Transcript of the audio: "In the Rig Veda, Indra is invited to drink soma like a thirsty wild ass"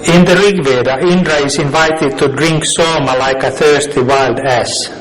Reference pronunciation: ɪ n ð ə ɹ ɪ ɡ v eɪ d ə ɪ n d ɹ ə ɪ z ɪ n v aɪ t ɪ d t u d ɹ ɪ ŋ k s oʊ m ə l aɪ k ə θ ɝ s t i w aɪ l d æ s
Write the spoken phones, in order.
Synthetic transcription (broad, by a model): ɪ n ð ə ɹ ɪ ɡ v eɪ d ə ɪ n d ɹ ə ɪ s ɪ n v aɪ t ɪ d t u d ɹ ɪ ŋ k s oʊ m ə l aɪ k ə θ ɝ s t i w aɪ l d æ s